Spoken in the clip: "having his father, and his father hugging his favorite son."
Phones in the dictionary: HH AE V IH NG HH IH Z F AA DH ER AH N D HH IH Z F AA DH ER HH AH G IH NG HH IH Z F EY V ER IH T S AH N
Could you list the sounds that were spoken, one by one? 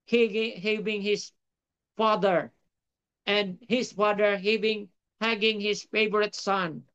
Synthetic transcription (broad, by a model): HH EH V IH NG HH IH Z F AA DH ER AH N D HH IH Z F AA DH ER HH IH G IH NG HH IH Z F EY V ER IH T S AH N